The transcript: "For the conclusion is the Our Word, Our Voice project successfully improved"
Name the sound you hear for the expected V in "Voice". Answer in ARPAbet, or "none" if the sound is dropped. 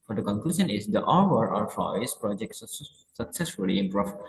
F